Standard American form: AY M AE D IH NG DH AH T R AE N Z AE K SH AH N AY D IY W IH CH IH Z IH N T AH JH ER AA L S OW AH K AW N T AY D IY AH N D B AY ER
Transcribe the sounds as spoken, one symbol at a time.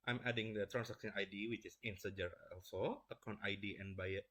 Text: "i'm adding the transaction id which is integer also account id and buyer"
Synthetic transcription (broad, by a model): AY M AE D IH NG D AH T R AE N S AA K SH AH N AY D IY W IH CH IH S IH N S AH JH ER AA L S OW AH K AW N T AY D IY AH N B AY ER